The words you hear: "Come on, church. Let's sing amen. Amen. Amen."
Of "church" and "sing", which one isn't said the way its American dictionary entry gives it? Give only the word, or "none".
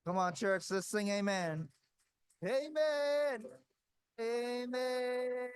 sing